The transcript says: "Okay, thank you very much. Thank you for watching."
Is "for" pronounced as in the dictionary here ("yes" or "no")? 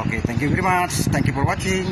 no